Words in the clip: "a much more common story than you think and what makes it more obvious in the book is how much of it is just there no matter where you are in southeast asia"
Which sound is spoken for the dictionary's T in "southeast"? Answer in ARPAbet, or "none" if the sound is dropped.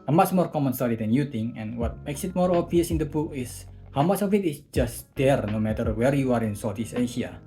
none